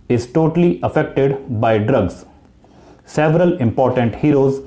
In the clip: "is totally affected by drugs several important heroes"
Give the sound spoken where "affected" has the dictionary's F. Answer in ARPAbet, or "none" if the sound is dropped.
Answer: F